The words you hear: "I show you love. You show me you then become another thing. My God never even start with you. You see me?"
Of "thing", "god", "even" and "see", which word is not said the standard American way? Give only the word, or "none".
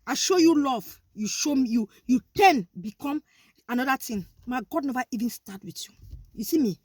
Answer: thing